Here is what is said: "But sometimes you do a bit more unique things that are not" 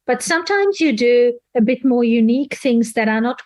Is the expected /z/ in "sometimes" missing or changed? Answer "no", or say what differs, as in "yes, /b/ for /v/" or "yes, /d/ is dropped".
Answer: no